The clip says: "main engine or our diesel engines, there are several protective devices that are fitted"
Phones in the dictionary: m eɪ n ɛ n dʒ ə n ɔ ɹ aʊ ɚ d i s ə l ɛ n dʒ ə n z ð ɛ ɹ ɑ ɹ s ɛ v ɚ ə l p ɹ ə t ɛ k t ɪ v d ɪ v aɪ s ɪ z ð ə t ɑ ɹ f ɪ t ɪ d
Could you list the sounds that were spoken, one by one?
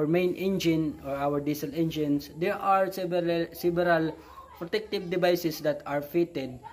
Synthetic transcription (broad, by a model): m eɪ n ɛ n dʒ ə n ɔ ɹ aʊ ɚ d i s ə l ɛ n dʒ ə n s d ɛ ɹ ɑ ɹ s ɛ b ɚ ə l p ɹ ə t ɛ k t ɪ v d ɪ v aɪ s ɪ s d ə t ɑ ɹ f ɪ t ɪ d